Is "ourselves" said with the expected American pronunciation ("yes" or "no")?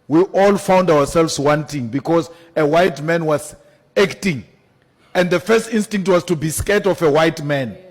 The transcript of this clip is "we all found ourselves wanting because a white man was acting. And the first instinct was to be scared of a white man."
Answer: no